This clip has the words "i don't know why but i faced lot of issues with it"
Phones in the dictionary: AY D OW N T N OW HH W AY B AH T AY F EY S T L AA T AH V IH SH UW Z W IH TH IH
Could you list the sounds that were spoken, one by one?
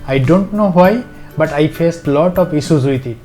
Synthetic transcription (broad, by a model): AY D OW N T N OW HH W AY B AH T AY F EY S T L AA T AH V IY S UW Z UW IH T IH